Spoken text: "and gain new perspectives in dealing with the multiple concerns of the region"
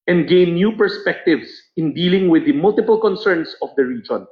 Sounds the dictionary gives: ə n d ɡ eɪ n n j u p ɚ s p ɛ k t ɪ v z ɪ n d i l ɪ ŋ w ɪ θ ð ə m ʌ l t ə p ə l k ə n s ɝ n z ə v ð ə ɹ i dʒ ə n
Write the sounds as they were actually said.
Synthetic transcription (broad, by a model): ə n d ɡ eɪ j n j u p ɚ s p ɛ k t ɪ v s ɪ n d i l ɪ ŋ w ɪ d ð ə m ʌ l t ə p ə l k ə n s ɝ n s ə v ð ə ɹ i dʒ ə n